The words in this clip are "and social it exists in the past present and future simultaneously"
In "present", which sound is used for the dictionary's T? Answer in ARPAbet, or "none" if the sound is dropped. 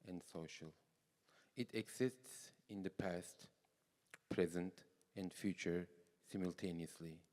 T